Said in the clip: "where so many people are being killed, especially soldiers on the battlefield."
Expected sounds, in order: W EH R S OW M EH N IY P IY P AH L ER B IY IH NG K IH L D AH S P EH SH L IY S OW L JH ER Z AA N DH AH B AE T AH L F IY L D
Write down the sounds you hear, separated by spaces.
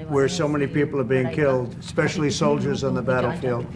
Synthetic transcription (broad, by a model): W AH R S OW M EH N IY P IY P L ER B IY IH NG K IH L D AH S P EH SH L IY S OW L JH ER Z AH N DH AH B AE T L F IY L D